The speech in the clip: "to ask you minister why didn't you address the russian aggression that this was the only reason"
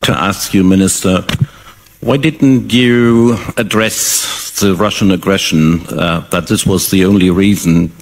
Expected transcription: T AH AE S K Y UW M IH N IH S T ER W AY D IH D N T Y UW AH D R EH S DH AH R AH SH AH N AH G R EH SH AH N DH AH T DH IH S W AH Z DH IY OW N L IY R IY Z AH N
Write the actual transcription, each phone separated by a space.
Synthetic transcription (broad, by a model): T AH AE S K Y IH M IH N IH S T ER W AY D IH D N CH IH AH D R EH S DH AH R AH SH AH N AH G R EH SH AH N DH AH T DH IH S W AH Z DH IY OW N L IY R IY Z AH N